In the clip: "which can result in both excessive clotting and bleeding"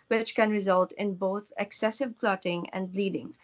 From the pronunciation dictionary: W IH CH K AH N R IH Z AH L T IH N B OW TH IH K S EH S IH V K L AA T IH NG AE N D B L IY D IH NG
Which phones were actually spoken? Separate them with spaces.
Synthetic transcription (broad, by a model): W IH CH K AH N R IH Z AH L T IH N B OW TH IH K S EH S IH V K L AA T IH NG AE N D L IY D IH NG